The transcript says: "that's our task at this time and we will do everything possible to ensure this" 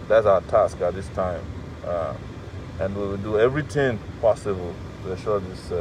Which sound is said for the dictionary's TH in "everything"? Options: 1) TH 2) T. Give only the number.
2